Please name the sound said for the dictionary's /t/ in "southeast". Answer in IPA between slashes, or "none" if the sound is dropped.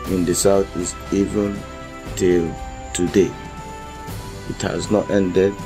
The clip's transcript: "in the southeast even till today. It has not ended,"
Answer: none